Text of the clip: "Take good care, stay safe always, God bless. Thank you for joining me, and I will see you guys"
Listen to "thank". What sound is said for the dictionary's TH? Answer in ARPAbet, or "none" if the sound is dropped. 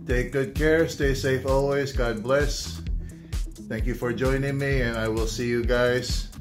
TH